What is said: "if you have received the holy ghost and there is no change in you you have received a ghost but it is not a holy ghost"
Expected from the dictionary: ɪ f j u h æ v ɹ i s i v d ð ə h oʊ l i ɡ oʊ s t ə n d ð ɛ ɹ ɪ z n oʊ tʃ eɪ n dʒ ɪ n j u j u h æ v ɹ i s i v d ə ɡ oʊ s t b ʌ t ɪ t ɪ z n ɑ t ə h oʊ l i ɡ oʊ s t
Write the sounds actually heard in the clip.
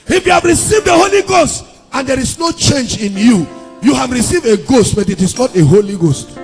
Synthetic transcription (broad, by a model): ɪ f j u h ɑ v ɹ i s i v d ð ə h oʊ l i ɡ oʊ s t ə n d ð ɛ ɹ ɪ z n oʊ tʃ eɪ n dʒ ɪ n j u j u h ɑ v ɹ i s i v d ə ɡ oʊ s t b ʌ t ɪ t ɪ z n ɑ t ə h oʊ l i ɡ oʊ s t